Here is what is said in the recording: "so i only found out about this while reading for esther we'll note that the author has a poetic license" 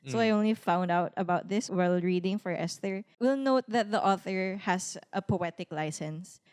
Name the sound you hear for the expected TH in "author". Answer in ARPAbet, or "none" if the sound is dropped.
TH